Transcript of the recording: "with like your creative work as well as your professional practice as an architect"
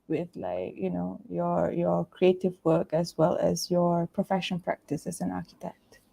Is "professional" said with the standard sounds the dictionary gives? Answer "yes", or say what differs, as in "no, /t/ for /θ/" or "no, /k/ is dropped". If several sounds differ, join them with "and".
no, /n/ is dropped and /n/ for /l/